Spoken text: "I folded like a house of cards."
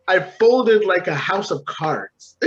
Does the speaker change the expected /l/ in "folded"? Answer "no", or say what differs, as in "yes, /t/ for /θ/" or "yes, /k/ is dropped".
no